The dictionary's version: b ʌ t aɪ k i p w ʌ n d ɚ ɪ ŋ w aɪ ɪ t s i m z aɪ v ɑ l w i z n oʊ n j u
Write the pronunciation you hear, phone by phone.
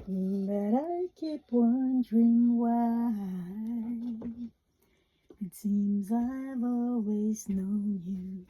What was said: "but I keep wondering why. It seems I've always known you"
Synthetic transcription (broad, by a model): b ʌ t aɪ k i p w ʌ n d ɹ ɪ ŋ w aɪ ɪ t s i m z aɪ v ɑ l w i z n oʊ n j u